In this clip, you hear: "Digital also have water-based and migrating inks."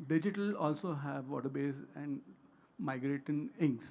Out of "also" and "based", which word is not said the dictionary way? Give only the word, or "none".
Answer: based